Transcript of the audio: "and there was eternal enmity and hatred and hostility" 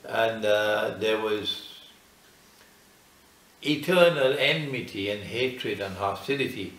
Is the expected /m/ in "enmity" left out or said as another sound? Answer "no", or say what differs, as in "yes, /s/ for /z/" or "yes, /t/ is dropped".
no